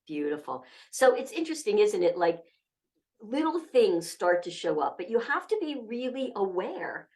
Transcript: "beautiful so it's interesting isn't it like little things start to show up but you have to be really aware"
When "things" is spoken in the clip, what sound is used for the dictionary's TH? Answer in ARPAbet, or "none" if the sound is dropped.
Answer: TH